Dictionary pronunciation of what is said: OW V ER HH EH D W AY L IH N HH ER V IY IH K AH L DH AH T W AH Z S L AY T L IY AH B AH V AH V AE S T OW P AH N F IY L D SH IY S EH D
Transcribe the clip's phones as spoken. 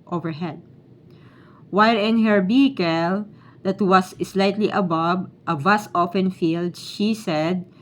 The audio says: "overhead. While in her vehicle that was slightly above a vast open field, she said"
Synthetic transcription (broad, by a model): OW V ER HH EH D W AY L IH N HH ER B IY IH K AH L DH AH T W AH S S L AY T L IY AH B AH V AH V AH S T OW F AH N F IY L D SH IY S EH D